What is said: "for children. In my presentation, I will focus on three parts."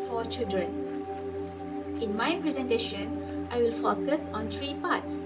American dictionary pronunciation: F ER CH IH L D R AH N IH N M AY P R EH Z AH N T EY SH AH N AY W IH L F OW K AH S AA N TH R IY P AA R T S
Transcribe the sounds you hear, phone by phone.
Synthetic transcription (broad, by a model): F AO CH IH L D R AH N IH N M AY P R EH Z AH N T EY SH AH N AY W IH L F OW K AH S AA N T R IY P AA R T S